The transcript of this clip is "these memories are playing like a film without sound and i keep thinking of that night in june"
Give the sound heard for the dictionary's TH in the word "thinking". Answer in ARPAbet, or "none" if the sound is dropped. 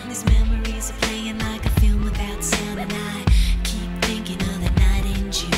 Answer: TH